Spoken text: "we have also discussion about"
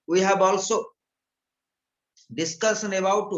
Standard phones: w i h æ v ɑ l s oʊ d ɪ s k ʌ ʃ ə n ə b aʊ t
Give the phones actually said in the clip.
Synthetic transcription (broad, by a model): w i h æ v ɑ l s oʊ d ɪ s k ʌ s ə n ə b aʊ t